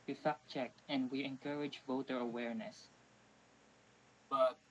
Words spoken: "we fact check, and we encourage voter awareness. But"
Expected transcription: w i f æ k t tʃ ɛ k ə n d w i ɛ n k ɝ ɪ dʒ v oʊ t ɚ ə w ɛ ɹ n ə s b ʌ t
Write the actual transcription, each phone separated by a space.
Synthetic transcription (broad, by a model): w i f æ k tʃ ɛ k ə n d w i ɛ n k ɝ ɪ dʒ v oʊ t ɚ ə w ɛ ɹ n ə s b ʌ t